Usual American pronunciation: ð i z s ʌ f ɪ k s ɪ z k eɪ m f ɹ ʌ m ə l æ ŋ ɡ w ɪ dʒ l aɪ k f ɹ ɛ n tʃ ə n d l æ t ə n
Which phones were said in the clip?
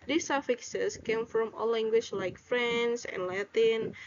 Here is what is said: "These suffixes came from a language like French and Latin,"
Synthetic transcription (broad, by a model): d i s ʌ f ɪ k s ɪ s k eɪ m f ɹ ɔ m ə l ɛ ŋ ɡ w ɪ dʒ l aɪ k f ɹ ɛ n s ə n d l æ t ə n